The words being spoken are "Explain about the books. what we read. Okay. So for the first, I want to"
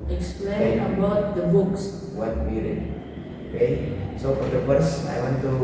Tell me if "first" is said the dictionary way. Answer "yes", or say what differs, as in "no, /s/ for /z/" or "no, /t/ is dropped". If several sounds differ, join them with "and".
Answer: no, /t/ is dropped